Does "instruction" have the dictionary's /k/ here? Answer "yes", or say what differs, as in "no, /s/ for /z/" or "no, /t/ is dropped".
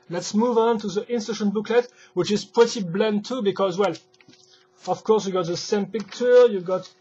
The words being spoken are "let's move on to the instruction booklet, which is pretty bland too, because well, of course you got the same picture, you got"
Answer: no, /k/ is dropped